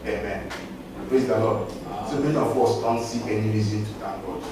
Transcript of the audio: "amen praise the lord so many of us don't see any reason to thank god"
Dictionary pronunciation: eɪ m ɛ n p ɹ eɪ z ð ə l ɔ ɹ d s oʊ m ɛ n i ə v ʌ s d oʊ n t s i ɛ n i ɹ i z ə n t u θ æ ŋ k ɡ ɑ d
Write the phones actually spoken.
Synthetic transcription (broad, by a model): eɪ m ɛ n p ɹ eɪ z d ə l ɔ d s oʊ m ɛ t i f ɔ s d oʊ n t s i ɛ n i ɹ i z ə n t u t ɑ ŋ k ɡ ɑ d